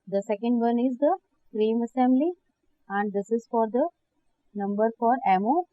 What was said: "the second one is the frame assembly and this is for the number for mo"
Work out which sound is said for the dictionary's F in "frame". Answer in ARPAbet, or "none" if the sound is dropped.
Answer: P